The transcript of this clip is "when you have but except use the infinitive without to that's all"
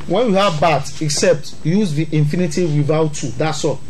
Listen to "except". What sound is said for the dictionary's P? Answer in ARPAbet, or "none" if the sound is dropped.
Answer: P